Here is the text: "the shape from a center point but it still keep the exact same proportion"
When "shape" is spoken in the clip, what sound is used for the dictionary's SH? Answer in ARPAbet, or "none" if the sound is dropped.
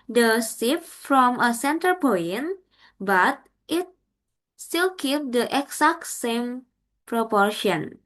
S